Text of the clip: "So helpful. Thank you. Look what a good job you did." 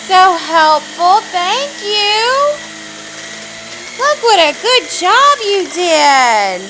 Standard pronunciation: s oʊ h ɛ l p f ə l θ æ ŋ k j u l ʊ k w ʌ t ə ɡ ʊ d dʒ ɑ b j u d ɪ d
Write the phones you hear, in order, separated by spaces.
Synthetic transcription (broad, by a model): s oʊ h ɛ l p f l θ æ ŋ k j u l ʊ k w ʌ t ə ɡ ʊ d dʒ ɑ b j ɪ d ɪ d